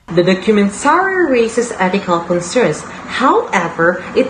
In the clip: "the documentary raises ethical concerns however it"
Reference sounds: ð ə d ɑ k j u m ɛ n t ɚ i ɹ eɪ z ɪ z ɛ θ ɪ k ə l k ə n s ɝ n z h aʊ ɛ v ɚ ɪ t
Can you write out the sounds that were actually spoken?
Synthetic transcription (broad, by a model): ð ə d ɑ k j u m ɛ n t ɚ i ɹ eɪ s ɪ s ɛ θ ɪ k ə l k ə n s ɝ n s h aʊ ɛ v ɚ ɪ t